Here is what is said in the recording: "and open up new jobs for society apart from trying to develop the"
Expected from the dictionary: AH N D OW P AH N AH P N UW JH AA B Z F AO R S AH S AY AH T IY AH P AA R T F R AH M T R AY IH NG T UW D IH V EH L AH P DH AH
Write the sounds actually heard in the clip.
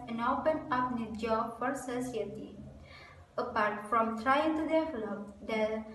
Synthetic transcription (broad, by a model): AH N OW P AH N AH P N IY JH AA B F AO R S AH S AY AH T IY AH P AA R T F R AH M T R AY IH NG T UW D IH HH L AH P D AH